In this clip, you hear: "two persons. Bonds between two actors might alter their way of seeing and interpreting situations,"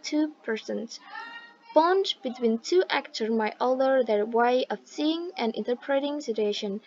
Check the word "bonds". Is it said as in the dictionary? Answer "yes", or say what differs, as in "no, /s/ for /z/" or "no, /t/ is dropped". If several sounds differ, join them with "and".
no, /z/ is dropped